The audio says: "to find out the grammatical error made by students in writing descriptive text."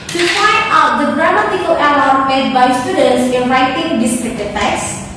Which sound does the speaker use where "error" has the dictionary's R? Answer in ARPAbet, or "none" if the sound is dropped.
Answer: L